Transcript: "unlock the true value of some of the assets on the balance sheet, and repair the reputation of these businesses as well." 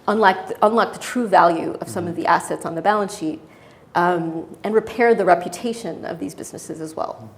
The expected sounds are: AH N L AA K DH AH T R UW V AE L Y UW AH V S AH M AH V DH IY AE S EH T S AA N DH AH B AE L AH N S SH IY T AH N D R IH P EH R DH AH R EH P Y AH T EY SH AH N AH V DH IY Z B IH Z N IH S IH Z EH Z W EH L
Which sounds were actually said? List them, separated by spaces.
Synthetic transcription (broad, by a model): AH N L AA K DH AH T R UW V AE L Y UW AH V S AH M AH V DH IY AE S EH T S N DH AH B AE L AH N S SH IY T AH N R IH P EH R DH AH R EH P Y AH T EY SH AH N AH V DH IY Z B IH Z N IH S IH Z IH Z W EH L